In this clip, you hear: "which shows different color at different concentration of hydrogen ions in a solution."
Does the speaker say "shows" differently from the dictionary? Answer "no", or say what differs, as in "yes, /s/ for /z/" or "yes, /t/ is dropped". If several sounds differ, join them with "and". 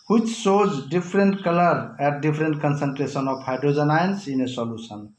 yes, /s/ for /ʃ/